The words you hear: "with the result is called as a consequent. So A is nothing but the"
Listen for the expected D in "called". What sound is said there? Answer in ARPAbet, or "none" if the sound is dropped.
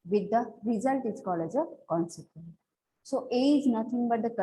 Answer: none